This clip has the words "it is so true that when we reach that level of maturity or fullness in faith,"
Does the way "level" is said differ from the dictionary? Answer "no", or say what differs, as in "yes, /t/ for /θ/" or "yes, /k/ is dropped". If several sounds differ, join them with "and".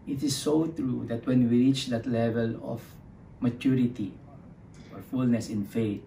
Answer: no